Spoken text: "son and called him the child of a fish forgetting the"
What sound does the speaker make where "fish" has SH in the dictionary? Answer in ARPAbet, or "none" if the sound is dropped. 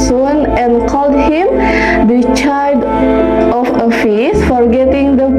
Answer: S